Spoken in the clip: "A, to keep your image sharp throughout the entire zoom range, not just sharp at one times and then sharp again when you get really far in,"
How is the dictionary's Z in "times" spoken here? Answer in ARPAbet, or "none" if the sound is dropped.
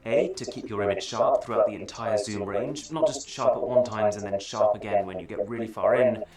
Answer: Z